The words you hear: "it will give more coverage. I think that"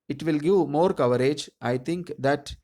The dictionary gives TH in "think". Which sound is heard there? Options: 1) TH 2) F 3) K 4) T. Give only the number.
4